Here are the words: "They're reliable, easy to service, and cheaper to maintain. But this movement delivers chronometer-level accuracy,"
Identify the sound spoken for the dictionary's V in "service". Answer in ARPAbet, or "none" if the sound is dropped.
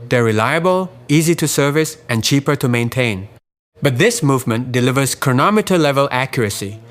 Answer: V